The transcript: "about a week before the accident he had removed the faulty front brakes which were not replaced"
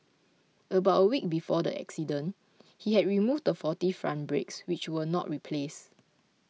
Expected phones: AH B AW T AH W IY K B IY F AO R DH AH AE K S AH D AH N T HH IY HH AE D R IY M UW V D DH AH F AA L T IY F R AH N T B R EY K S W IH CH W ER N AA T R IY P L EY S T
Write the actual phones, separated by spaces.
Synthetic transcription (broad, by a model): AH B AW T AH W IY K B IY F AO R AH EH K S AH D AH N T HH IY HH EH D R IY M UW V D AH F AA T IY F R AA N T B R EY K S W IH CH W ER N AA T R IY P L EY S